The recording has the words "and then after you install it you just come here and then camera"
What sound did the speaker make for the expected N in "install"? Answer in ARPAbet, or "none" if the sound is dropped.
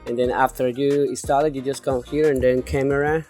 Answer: none